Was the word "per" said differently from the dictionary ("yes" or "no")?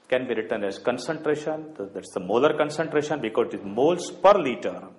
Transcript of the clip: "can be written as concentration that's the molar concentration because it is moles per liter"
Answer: no